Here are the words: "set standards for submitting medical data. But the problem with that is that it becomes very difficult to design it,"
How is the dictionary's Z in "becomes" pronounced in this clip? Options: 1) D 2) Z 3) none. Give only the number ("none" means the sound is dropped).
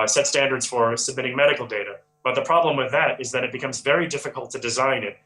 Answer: 2